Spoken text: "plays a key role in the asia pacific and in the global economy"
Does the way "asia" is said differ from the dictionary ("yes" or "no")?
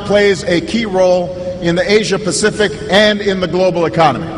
no